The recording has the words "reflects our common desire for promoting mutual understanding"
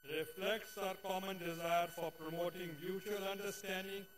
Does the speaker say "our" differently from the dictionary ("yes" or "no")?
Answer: no